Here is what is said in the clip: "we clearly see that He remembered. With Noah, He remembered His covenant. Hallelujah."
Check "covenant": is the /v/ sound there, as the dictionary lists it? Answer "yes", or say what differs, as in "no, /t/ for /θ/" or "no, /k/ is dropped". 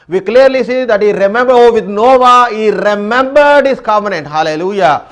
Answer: no, /f/ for /v/